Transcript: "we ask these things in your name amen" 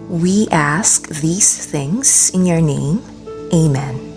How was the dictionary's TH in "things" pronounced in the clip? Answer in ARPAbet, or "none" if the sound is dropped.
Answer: TH